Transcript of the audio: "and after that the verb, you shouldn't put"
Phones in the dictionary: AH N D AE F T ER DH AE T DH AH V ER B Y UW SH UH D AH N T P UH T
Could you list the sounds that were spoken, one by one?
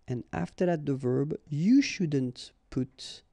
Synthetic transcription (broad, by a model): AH N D AE F T ER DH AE T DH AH V ER B Y UW SH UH D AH N T P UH T